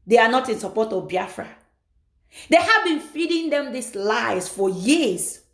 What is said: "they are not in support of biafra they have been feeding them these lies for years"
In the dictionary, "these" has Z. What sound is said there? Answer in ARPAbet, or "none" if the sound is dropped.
S